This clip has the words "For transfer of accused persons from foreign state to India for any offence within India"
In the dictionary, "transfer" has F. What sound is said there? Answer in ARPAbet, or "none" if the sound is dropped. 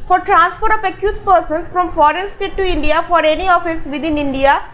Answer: P